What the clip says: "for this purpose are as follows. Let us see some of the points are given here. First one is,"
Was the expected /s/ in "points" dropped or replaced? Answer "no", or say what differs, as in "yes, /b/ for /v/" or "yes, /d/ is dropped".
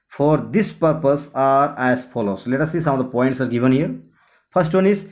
no